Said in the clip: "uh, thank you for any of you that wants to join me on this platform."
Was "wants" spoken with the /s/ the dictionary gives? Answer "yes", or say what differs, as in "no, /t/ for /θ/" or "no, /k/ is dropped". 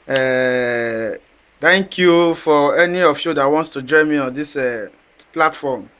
yes